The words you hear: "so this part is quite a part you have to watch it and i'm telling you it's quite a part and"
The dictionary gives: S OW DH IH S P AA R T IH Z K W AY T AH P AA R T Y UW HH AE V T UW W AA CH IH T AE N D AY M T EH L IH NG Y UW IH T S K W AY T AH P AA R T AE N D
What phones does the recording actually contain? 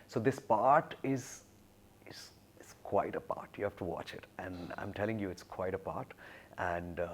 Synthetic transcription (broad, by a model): S OW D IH S P AA R T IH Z K W AY T AH P AA R T Y UW HH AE F T UW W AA CH IH T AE N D AY M T EH L IH NG Y UW IH T S K W AY T AH P AA R T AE N D